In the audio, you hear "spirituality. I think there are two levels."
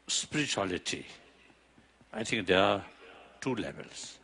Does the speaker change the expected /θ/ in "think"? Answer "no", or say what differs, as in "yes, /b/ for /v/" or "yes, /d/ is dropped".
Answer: yes, /t/ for /θ/